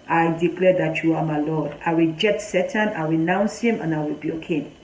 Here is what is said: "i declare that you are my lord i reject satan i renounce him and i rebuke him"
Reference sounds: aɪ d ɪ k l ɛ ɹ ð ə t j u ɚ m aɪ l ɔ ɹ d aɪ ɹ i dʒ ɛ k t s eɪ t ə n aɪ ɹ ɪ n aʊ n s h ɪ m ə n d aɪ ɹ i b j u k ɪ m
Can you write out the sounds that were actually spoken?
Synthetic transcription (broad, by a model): aɪ d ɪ k l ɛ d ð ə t j u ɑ m aɪ l ɔ d aɪ w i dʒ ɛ t s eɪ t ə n aɪ w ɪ n aʊ n s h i m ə n aɪ w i b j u k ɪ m